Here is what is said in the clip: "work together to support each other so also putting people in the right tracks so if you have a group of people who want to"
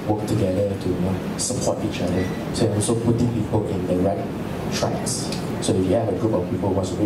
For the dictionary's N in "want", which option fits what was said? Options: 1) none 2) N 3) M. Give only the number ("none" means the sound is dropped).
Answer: 1